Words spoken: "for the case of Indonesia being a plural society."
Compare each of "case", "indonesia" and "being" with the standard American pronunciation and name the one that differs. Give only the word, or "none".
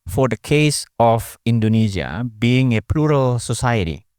indonesia